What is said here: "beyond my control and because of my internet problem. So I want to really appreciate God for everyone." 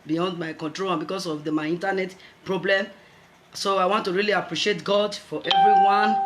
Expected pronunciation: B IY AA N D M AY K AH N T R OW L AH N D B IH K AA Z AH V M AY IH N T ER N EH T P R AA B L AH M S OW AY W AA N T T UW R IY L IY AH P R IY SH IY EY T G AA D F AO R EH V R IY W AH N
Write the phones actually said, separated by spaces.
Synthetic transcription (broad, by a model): B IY AA N D M AY K AH N T R OW L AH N B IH K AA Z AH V M AY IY N T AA N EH T P R AA B L AH M S OW AY W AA N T T UW R IY L IY AH P R IY SH IY EY T G AA D F AO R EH V R IY W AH N